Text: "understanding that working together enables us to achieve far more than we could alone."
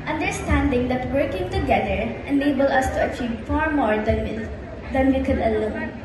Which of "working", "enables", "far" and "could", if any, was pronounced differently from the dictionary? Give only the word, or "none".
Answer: enables